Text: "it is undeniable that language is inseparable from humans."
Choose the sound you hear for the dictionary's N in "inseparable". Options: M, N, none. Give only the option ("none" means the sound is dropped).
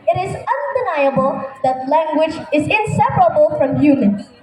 N